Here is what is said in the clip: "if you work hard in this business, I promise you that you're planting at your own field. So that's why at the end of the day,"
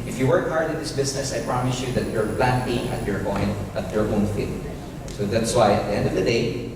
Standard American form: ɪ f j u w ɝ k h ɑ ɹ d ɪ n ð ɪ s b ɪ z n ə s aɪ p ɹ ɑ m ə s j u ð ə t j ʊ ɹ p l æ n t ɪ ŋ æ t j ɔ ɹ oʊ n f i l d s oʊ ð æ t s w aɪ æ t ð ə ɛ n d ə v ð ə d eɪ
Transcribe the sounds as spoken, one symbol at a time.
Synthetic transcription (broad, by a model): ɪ f j u w ɝ k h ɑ ɹ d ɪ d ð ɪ s b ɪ s n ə s aɪ p ɹ ɑ m ə s j u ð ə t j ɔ ɹ p l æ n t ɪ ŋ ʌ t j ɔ ɹ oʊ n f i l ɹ s oʊ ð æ t s w aɪ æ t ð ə ɛ n d ə v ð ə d eɪ